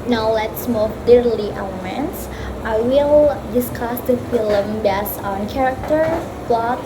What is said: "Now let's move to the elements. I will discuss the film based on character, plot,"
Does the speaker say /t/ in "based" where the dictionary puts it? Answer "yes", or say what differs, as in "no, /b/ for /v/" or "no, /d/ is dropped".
no, /t/ is dropped